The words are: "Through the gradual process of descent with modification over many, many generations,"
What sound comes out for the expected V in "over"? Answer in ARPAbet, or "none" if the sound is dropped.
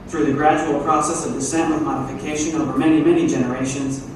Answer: V